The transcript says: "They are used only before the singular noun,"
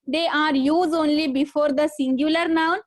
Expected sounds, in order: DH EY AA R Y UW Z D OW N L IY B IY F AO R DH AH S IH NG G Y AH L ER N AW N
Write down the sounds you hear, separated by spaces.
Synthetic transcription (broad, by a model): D EY AA R Y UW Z OW N L IY B IY F AO R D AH S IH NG G Y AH L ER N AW N